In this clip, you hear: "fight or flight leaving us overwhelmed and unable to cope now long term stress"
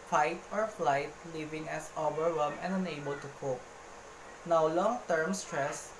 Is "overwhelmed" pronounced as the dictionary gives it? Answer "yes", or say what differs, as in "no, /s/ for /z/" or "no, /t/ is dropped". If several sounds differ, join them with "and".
no, /d/ is dropped